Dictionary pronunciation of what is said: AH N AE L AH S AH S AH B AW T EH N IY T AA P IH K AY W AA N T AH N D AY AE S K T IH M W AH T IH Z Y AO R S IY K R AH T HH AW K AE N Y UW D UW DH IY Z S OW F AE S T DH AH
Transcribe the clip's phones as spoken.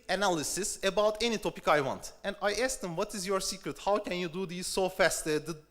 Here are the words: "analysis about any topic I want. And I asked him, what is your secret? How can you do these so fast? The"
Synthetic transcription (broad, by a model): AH N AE L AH S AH S AH B AW T EH N IY T AA P IH K AY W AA N T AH N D AY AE S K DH IH M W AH T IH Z Y AO R S IY K R AH T HH AW K AE N Y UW D UW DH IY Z S OW F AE S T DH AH